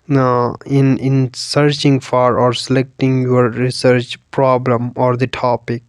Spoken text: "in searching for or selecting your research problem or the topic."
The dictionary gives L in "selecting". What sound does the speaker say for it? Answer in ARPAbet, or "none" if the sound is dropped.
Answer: L